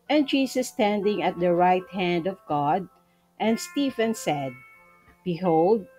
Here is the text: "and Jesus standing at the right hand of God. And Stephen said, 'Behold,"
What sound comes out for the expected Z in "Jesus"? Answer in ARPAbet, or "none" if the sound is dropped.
S